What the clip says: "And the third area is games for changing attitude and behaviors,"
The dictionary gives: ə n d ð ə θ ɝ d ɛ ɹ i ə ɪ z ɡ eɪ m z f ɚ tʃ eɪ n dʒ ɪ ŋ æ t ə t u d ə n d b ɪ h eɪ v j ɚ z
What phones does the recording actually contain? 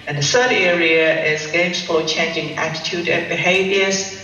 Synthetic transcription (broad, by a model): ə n ð ə s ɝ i ɛ ɹ i ə ɪ z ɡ eɪ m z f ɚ tʃ eɪ n dʒ ɪ ŋ æ t ə t u d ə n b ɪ h eɪ v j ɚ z